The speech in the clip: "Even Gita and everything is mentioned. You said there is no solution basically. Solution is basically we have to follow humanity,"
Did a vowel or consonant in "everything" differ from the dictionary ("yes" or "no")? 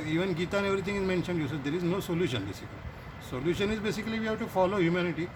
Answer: yes